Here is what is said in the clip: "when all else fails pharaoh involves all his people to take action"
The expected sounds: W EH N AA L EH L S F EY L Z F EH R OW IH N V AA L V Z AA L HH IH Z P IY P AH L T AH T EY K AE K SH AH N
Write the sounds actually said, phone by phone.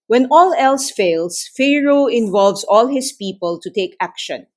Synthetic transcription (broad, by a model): W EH N AA L EH L S F EY L S F EH R OW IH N V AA L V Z AA L HH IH S P IY P AH L T AH T EY K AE K SH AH N